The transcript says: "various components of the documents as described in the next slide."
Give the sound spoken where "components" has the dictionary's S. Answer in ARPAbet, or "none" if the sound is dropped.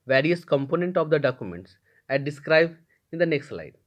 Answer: none